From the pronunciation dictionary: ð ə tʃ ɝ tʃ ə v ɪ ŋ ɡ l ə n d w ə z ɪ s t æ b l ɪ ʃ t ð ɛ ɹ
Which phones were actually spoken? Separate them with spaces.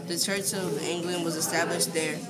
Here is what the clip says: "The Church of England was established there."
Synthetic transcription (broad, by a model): ð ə tʃ ɝ tʃ ə v ɪ ŋ ɡ l ə n d w ə z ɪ s t æ b l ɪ ʃ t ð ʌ ɹ